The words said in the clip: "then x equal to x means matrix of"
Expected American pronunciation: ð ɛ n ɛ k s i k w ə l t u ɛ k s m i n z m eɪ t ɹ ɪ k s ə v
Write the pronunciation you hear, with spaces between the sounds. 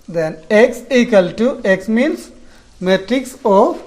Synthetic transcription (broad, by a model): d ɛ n ɛ k s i k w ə l t u ɛ k s m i n s m eɪ t ɹ ɪ k s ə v